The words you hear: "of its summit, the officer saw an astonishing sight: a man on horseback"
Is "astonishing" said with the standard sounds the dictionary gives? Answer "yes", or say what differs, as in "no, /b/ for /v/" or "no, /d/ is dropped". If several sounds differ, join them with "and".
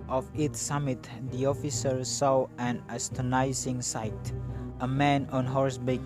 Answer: no, /s/ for /ʃ/